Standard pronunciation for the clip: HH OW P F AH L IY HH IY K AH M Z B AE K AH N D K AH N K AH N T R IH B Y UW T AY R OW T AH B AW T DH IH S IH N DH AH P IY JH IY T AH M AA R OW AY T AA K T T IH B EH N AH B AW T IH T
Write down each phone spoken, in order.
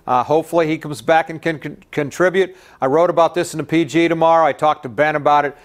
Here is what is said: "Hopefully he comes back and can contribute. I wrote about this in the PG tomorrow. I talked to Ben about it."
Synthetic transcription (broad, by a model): HH OW P F L IY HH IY K AH M Z B AE K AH N K AH N K AH N T R IH B Y UW T AY R OW T AH B AW T DH IH S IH N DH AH P IY JH IY T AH M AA R AY T AA K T T IH B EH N AH B AW T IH T